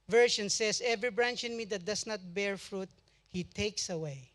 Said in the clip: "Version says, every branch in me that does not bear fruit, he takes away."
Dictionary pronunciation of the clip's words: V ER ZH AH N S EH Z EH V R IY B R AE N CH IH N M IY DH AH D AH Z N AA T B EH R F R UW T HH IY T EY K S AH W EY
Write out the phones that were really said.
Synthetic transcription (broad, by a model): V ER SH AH N S EH S EH V R IY B R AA N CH IH N M IY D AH D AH S N AA T B EH R F R UW T HH IY T EY K S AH W EY